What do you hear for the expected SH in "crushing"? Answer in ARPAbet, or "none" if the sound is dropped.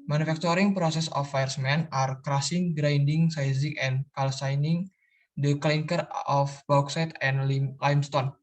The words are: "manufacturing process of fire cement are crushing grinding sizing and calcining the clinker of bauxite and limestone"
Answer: S